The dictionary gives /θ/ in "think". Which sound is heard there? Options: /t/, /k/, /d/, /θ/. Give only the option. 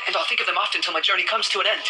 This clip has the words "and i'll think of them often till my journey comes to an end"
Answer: /θ/